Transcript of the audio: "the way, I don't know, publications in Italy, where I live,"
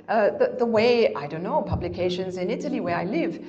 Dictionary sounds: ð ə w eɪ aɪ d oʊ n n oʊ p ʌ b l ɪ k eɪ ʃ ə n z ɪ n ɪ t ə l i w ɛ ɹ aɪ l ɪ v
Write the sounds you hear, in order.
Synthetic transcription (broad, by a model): ð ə w eɪ aɪ d oʊ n n oʊ p ʌ b l ɪ k eɪ ʃ ə n z ɪ n ɪ t ə l i w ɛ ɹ aɪ l ɪ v